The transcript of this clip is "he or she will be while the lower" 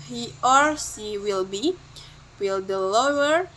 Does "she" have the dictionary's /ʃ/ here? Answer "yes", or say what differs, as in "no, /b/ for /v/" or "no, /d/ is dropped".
no, /s/ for /ʃ/